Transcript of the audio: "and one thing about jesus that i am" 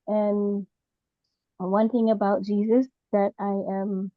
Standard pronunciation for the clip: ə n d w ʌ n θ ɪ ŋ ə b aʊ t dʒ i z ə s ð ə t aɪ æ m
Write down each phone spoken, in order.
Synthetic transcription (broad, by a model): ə n w ʌ n θ ɪ ŋ ə b aʊ t dʒ i z ə s ð ə t aɪ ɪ m